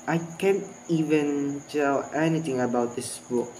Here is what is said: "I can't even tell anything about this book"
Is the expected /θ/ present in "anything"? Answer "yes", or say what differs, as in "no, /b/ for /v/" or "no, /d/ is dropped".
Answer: no, /t/ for /θ/